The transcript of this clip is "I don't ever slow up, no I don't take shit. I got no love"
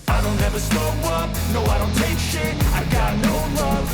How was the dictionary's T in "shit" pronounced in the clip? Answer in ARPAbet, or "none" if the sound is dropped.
none